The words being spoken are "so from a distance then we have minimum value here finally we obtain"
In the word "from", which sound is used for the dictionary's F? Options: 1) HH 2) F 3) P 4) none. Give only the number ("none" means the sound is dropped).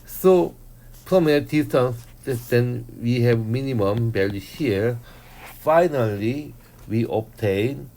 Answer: 3